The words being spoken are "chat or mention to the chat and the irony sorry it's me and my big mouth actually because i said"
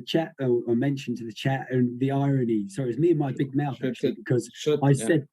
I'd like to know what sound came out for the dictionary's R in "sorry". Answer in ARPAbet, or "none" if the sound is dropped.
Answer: none